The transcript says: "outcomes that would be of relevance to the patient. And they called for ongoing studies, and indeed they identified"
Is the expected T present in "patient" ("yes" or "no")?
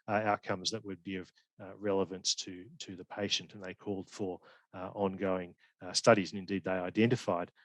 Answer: yes